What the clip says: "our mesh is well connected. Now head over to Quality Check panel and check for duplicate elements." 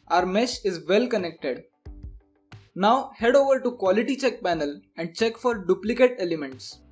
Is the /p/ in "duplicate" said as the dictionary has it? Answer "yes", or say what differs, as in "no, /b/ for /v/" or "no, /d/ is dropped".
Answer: yes